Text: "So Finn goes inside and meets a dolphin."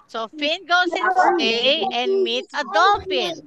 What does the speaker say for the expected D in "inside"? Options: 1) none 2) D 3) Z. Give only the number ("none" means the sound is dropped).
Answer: 1